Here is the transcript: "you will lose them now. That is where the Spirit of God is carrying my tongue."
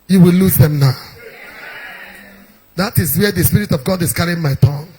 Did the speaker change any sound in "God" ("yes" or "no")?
no